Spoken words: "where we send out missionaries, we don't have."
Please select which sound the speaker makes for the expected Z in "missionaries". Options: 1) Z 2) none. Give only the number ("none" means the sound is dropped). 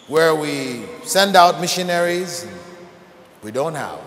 1